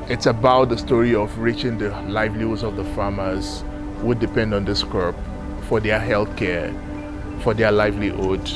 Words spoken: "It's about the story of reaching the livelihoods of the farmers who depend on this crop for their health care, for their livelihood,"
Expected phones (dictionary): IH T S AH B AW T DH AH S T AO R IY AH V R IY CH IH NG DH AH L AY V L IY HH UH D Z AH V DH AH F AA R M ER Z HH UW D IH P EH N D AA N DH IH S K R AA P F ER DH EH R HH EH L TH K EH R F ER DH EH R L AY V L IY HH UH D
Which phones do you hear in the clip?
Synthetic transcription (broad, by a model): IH T S AH B AW T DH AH S T AO R IY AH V R IY CH IH NG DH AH L AY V L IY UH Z AH V DH AH F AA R M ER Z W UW D IH P EH N D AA N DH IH S K AA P F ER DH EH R HH EH L TH K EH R F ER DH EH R L AY V L IY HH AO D